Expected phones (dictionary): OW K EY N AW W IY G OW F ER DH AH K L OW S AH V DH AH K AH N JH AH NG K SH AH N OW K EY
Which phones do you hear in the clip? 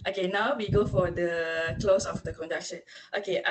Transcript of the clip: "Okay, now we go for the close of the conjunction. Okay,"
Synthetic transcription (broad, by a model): OW K EY N AW W IY G OW F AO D AH K L OW S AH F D AH K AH N JH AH K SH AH N OW K EY